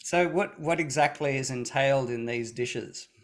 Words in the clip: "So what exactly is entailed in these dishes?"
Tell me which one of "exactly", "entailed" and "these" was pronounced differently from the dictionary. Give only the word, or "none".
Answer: none